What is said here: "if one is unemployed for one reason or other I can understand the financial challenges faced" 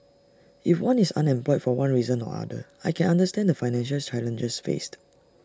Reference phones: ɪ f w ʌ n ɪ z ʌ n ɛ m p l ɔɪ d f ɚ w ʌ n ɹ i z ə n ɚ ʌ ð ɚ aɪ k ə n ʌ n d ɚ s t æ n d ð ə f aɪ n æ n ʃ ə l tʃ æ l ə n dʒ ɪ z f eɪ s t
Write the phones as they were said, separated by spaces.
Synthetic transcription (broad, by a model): ɪ f w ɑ n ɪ s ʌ n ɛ m p l ɔɪ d f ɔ w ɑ n ɹ i z ə n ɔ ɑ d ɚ aɪ k ə n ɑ n d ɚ s t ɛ n d ə f aɪ n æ n ʃ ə l tʃ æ l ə n dʒ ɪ s f eɪ s t